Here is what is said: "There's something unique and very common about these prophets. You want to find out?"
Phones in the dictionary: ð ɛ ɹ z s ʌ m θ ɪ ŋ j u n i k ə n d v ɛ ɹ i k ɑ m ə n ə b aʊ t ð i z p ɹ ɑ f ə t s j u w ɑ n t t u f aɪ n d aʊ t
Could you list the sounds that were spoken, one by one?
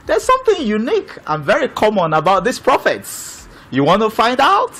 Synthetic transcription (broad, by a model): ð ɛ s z s ʌ m θ ɪ ŋ j u n i k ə n v ɛ ɹ i k ɑ m ə n ə b aʊ t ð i s p ɹ ɑ f ə t s j u w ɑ n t t u f aɪ n d aʊ t